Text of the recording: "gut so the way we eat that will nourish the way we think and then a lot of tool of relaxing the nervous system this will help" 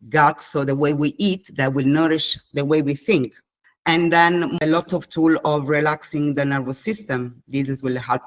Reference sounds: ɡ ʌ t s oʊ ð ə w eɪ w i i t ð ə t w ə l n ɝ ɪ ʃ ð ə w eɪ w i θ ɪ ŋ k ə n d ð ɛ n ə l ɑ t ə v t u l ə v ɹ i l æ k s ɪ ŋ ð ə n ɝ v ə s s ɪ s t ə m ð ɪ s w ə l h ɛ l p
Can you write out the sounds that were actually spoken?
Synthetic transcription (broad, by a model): ɡ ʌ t s oʊ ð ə w eɪ w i i t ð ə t w ə l n ɝ ɪ ʃ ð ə w eɪ w i θ ɪ ŋ k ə n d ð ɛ n ə l ɑ t ə v t u l ə v ɹ i l æ k s ɪ ŋ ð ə n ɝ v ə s s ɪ s t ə m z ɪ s w ə l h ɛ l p